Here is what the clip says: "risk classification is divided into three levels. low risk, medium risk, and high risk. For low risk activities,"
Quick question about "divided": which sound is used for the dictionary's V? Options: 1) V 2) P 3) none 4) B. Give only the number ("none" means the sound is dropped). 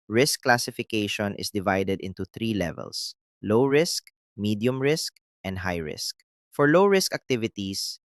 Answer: 1